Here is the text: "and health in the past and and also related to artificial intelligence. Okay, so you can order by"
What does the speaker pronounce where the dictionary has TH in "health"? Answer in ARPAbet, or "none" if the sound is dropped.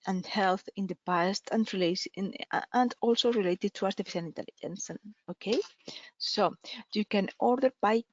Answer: TH